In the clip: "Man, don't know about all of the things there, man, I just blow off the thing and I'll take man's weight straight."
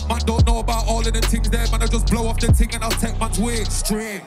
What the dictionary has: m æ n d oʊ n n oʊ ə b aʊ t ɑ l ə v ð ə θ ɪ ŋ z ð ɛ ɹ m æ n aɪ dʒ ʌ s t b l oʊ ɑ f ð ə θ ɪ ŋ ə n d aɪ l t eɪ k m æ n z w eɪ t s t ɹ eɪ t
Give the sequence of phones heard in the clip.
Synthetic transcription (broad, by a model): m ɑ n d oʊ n n oʊ ə b aʊ t ɑ l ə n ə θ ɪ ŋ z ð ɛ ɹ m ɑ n aɪ dʒ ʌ s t b l oʊ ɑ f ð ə t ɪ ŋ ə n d aɪ l t eɪ k m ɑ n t w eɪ s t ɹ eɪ